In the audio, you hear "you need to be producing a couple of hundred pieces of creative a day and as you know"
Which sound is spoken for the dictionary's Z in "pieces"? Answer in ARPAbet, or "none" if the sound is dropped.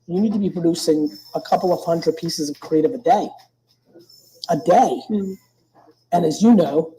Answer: Z